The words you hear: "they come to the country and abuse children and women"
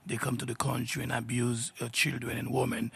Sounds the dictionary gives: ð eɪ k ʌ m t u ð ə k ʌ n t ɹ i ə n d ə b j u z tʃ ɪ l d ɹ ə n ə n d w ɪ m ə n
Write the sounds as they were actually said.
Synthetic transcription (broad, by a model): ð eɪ k ʌ m t u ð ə k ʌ n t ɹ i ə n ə b j u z tʃ ɪ l d ɹ ə n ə n w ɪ m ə n